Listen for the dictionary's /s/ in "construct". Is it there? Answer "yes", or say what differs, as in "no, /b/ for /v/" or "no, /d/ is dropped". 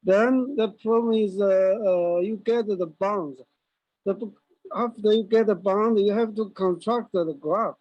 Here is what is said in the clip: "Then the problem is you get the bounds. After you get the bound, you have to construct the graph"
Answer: no, /s/ is dropped